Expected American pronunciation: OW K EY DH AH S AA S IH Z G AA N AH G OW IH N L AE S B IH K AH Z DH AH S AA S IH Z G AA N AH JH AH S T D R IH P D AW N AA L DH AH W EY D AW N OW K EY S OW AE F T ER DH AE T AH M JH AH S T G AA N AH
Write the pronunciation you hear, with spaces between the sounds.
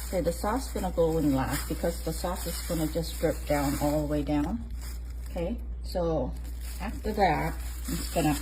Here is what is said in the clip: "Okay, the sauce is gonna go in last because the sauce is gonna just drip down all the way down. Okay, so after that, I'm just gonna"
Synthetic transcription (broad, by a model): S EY DH AH S AA S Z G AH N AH G OW IH N L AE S B IH K AH Z DH AH S AA S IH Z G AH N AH JH AH S D R IH P D AW N AA L DH AH W EY D AW N OW K EY S OW AE F T ER DH AE T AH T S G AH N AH